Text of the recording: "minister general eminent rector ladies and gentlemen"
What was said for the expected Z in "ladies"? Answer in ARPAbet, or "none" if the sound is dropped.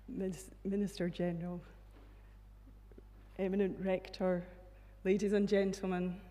Z